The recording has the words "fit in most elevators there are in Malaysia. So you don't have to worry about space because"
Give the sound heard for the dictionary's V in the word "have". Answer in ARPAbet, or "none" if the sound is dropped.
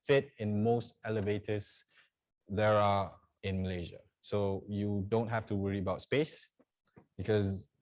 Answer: F